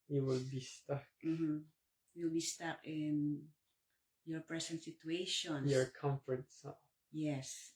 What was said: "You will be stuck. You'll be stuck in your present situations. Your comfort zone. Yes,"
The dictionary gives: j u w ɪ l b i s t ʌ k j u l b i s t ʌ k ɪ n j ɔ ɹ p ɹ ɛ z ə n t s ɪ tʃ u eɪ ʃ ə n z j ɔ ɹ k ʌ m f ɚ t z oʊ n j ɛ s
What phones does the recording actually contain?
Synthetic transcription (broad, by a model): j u w ɪ l b i s t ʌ k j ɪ l b i s t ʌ k ɪ n j ɔ ɹ p ɹ ɛ s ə n t s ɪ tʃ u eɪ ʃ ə n j ɔ ɹ k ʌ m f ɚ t s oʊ j ɛ s